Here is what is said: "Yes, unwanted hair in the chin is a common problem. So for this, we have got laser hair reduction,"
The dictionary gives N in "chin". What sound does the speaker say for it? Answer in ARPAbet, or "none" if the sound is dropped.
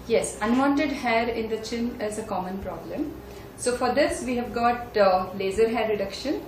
N